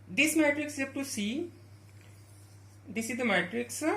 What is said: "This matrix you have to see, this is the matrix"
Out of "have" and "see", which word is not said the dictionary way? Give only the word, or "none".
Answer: have